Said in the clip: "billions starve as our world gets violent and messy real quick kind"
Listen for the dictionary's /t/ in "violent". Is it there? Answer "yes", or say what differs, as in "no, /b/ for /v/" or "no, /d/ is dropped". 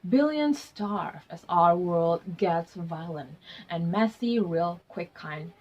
yes